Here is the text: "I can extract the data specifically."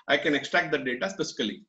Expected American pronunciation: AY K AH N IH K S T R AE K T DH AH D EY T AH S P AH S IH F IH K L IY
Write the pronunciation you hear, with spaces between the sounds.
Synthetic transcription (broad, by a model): AY K AH N IH K S T R AE K T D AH D EY T AH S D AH S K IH L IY